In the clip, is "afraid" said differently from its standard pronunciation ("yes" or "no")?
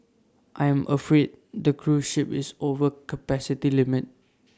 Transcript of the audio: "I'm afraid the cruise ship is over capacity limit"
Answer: no